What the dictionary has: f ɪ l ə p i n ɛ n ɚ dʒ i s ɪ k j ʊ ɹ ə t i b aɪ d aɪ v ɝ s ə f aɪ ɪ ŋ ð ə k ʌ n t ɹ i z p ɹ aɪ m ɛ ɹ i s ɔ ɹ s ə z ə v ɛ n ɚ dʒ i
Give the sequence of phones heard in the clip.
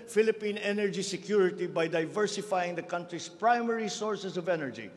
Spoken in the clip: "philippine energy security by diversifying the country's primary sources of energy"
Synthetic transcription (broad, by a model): f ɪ l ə p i n ɛ n ɚ dʒ i s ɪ k j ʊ ɹ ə t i b aɪ d aɪ v ɝ s ə f aɪ ɪ ŋ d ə k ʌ n t ɹ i s p ɹ aɪ m ɛ ɹ i s ɔ ɹ s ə s ə v ɛ n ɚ dʒ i